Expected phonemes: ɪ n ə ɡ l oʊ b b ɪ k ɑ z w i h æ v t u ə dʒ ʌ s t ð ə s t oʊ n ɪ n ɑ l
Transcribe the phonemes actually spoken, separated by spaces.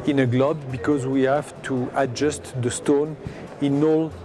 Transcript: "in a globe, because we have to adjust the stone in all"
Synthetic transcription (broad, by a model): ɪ n ə ɡ l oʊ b b ɪ k ɑ z w i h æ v t u ə dʒ ʌ s t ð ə s t oʊ n ɪ n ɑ l